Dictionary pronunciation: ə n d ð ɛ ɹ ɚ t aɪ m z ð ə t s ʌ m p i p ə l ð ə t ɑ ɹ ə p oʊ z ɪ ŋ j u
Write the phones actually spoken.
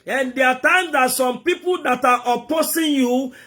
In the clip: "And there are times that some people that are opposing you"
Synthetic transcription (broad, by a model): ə n d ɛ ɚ t aɪ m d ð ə t s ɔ m p i p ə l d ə t ɑ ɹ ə p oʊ s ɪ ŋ j u